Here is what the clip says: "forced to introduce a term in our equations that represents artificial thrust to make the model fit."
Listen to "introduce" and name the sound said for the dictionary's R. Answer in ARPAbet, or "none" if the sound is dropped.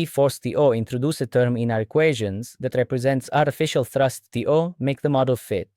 R